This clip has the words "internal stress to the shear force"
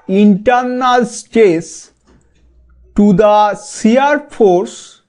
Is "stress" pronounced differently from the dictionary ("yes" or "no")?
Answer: yes